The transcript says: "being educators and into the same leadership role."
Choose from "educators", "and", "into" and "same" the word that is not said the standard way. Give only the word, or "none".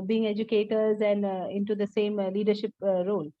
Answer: none